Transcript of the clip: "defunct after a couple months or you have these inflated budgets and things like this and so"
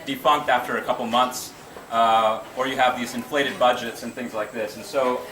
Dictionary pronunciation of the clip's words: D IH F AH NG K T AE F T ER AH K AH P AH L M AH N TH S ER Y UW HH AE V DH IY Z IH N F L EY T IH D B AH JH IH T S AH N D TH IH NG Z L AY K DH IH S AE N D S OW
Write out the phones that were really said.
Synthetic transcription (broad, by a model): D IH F AH NG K T AE F T ER AH K AH P L M AH N TH S ER Y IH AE V DH IY Z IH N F L EY T IH D B AH JH IH T S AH N TH IH NG Z L AY K DH IH S N S OW